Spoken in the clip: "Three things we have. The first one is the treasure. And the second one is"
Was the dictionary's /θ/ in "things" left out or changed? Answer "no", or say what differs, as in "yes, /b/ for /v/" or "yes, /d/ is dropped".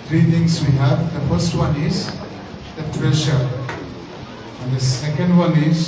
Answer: yes, /t/ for /θ/